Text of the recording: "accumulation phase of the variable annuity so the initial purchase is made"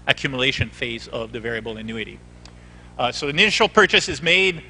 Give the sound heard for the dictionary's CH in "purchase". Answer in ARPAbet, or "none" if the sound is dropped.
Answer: CH